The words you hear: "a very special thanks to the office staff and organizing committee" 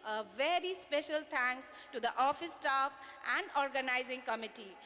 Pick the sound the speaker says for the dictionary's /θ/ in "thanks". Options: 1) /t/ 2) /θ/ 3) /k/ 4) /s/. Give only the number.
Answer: 1